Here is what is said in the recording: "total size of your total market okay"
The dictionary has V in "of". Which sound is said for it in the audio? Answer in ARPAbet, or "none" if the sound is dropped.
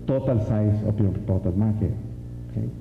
P